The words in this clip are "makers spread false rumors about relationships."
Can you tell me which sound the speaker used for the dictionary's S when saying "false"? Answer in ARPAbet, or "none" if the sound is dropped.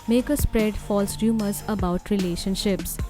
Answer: S